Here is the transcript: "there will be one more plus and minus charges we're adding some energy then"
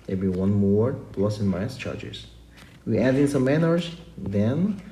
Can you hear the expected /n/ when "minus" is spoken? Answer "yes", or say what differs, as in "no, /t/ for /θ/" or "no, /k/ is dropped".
no, /n/ is dropped